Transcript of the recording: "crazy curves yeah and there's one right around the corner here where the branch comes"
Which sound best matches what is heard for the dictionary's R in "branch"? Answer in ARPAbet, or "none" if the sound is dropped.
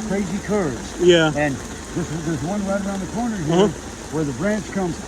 R